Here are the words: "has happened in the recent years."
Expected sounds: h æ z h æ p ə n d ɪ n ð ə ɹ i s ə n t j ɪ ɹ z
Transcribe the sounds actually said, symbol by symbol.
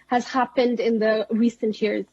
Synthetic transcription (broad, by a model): h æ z h æ p ə n d ɪ n ð ə ɹ i s ə n t j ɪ ɹ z